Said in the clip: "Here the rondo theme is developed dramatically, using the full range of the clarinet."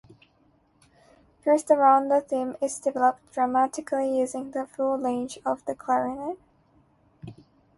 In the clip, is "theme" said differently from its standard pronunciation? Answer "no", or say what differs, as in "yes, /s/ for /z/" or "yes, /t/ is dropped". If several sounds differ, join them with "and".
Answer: no